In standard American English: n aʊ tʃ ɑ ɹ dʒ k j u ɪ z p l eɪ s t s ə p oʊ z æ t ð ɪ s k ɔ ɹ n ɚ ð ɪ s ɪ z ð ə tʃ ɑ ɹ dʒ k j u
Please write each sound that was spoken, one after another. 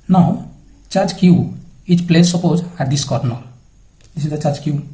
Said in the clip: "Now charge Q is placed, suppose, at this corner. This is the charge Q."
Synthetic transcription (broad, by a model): n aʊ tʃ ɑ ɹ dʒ k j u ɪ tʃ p l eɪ t s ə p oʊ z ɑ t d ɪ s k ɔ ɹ n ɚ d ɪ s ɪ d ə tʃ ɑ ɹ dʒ k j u